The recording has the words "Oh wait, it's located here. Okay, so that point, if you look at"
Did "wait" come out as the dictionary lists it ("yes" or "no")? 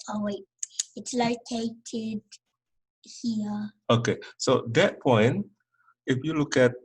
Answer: no